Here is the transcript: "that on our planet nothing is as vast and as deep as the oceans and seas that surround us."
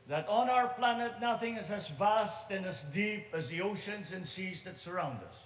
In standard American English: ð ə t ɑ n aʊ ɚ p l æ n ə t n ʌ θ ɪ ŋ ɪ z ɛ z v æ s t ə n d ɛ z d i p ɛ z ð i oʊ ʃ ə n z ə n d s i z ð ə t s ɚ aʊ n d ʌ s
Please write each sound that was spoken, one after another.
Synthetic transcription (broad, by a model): ð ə t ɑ n aʊ ɚ p l æ n ə t n ʌ θ ɪ ŋ ɪ z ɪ z v æ s t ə n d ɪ z d i p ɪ z ð i oʊ ʃ ə n z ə n s i z ð ə t s ɚ aʊ n d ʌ s